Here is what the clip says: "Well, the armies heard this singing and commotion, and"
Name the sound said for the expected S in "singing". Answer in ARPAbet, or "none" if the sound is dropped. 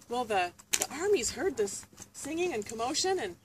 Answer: S